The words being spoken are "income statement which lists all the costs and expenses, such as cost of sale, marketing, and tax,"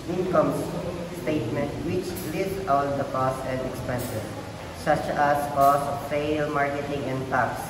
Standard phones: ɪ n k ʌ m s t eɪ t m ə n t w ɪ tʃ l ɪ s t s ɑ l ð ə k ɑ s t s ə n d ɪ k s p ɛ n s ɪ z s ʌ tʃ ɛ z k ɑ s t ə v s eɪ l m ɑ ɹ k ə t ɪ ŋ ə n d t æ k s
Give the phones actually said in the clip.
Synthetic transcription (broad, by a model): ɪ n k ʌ m s t eɪ t m ə n t w ɪ tʃ l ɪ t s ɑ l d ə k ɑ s s ə n d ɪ k s p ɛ n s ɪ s s ʌ tʃ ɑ s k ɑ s ə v s eɪ l m ɑ ɹ k ə t ɪ ŋ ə n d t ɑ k s